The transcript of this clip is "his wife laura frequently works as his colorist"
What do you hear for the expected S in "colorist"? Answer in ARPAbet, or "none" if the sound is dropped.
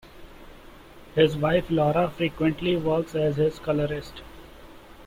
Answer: S